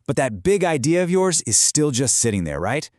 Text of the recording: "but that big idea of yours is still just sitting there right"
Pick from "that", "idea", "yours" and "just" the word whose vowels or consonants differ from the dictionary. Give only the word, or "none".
none